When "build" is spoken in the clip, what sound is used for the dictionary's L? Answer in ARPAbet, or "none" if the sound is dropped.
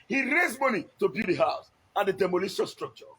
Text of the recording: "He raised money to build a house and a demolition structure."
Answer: none